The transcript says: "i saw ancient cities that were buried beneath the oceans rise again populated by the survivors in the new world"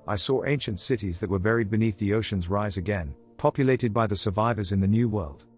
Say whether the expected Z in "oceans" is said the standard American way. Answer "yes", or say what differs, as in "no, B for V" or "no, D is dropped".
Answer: yes